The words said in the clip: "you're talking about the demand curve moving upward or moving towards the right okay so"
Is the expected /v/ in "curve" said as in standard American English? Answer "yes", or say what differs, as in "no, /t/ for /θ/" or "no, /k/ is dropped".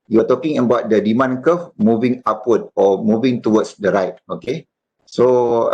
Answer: no, /f/ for /v/